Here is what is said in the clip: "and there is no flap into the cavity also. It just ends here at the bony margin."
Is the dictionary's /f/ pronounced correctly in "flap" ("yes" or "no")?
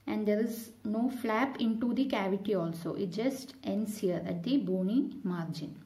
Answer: yes